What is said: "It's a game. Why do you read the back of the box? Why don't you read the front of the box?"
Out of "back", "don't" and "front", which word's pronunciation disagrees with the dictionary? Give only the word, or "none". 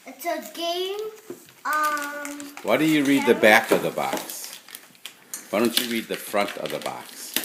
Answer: none